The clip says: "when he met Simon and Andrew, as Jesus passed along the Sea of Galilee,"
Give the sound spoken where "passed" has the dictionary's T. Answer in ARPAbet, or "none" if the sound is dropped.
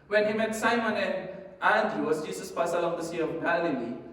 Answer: none